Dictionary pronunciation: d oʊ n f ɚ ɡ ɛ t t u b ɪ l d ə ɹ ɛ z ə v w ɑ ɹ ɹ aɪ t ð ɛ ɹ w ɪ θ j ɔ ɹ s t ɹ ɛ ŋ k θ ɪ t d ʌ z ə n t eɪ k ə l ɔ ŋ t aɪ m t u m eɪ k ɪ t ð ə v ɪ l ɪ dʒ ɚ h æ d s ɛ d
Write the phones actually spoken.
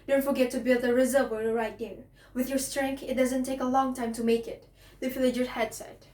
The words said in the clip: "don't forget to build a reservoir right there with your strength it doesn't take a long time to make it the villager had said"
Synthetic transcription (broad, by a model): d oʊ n f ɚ ɡ ɛ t t u b ɪ l d ə ɹ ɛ z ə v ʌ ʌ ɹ ɹ aɪ t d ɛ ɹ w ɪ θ j ɔ ɹ s t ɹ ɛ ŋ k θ ɪ t d ʌ z ə n t eɪ k ə l ɔ ŋ t aɪ m t u m eɪ k ɪ t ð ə f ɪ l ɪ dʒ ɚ h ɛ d s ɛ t